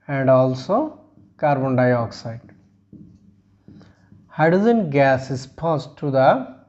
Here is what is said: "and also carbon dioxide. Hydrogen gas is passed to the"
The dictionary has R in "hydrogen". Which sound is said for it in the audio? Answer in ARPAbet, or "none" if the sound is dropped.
none